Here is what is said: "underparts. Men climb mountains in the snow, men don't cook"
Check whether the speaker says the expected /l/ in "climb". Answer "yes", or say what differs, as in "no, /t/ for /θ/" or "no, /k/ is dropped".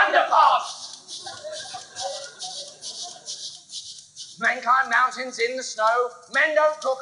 no, /l/ is dropped